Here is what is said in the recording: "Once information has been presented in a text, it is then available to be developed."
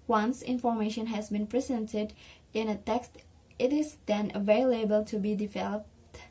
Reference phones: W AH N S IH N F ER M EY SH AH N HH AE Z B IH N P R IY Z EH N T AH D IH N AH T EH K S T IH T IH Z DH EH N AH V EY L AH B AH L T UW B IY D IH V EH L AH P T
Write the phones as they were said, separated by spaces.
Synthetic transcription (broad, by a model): W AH N S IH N F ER M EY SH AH N HH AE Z B IH N P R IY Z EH N T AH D IH N AH T EH K S T IH T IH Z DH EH N AH V EY L AH B AH L T UW B IY D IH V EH L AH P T